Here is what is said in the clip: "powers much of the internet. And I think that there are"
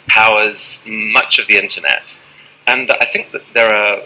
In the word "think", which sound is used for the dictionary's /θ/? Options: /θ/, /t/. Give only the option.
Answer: /θ/